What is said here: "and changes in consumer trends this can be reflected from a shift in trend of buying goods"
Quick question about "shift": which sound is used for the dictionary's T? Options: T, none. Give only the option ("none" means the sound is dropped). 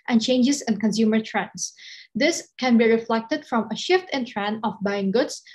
T